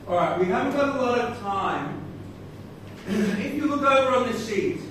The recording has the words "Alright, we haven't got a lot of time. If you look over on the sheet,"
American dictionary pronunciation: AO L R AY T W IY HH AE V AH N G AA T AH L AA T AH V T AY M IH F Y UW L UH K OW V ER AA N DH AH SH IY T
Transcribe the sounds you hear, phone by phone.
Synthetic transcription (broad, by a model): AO L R AY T W IY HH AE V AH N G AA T AH L AA T AH V T AY M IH P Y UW W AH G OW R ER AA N DH AH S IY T